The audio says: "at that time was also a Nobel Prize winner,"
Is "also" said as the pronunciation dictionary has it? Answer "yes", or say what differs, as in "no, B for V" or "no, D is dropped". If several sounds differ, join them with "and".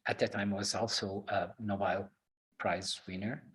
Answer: yes